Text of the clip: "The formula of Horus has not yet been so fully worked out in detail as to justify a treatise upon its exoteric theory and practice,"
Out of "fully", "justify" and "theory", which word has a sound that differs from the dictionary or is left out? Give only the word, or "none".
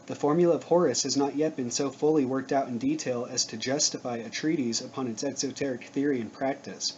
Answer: none